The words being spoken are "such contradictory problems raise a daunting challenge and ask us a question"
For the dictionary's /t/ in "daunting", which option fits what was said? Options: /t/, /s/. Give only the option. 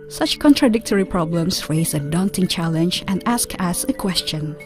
/t/